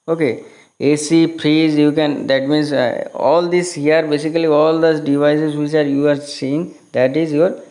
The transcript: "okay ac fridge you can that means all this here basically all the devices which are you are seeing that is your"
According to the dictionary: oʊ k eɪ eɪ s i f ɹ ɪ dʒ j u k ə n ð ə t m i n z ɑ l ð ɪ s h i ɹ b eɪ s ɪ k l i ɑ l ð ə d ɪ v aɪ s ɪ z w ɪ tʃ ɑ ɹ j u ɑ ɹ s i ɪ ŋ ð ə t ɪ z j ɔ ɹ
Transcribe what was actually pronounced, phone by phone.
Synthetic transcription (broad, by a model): oʊ k eɪ eɪ s i p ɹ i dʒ j u k ə n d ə t m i n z ɑ l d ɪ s h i ɹ b eɪ s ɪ k l i ɑ l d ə d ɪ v aɪ s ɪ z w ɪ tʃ ɑ ɹ j u ɑ ɹ s i ɪ ŋ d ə t ɪ z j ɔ ɹ